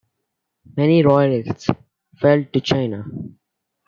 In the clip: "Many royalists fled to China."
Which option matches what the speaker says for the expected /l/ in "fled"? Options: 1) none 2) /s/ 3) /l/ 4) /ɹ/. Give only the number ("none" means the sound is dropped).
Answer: 1